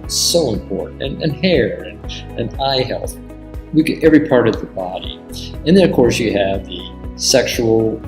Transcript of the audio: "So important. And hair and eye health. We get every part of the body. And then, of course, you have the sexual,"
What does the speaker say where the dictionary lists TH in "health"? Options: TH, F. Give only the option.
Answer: TH